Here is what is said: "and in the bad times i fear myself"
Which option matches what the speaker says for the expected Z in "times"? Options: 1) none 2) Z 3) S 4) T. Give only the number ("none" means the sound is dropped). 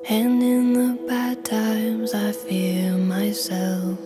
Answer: 2